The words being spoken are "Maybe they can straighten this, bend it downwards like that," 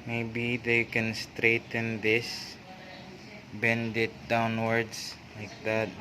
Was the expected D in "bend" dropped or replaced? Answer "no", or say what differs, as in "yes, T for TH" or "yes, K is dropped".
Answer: no